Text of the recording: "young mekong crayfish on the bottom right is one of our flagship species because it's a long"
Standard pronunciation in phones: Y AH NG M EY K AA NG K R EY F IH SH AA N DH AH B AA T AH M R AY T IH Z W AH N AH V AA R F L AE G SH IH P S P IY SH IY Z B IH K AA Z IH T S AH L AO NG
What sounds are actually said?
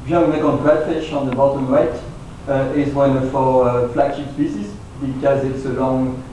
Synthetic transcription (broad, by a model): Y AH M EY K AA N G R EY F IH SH AA N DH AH B AA T AH M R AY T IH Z W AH N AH F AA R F L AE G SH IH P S P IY S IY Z B IH K AA Z IH T S AH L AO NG